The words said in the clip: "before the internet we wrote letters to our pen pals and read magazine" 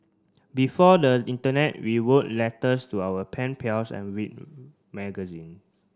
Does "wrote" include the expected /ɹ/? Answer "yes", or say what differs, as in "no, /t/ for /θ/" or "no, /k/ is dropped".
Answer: no, /w/ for /ɹ/